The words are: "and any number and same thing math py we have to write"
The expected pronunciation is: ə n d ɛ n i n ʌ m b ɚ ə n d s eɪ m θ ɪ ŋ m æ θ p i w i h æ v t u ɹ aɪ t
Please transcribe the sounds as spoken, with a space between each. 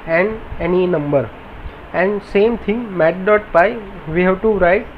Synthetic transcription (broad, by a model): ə n d ɛ n i n ʌ m b ɚ ə n d s eɪ m t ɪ ŋ m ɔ t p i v i h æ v t u ɹ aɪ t